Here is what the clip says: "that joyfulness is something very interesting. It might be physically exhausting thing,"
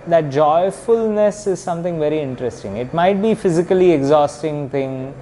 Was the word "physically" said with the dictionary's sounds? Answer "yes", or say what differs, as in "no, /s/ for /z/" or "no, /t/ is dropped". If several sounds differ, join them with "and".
yes